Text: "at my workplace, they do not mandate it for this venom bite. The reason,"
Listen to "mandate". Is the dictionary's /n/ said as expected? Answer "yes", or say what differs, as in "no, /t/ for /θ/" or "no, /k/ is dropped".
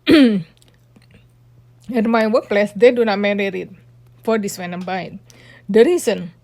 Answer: no, /n/ is dropped